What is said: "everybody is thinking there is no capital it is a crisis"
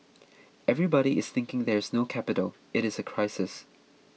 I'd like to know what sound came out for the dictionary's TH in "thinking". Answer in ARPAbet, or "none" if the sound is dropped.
TH